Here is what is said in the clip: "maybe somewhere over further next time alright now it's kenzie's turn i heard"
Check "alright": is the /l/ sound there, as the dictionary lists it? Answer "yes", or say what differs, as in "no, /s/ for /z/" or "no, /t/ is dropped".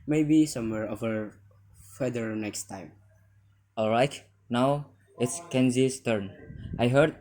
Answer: yes